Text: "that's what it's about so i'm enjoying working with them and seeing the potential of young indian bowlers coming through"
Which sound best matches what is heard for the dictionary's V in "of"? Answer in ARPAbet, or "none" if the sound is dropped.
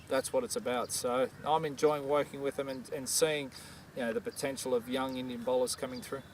V